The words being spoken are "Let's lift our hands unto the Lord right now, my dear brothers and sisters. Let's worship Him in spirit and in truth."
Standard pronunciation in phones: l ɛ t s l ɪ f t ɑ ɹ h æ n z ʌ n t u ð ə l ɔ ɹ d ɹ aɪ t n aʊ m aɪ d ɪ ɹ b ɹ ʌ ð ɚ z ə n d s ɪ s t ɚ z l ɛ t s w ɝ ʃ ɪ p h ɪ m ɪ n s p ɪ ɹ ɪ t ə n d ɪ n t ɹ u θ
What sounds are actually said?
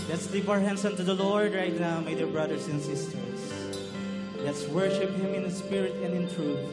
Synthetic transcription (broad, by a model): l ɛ t s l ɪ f ɑ ɹ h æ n s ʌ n t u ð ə l ɔ ɹ d ɹ aɪ t n aʊ m aɪ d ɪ ɹ b ɹ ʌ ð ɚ s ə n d s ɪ s t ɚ s l ɛ t s w ɝ ʃ ɪ p h ɪ m ɪ n s p ɪ ɹ ɪ t ə n d ɪ n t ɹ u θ